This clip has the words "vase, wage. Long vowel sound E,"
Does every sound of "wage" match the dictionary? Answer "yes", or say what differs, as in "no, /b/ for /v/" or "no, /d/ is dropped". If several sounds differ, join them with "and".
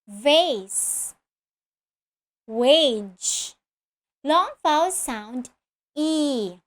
yes